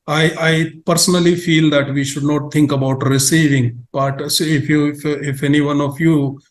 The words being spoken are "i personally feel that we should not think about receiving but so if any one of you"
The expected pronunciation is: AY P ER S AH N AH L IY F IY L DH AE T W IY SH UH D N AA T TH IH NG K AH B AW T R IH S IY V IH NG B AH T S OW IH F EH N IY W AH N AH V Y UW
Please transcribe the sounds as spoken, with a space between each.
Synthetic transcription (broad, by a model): AY P ER S AH N AH L IY F IY L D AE T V IY SH UH D N AA T T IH NG K AH B AW T R IH S IY V IH NG B AH T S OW IH F EH N IY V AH N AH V Y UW